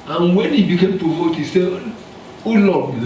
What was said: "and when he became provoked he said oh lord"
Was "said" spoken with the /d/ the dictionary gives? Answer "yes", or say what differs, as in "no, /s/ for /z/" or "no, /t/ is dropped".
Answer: no, /d/ is dropped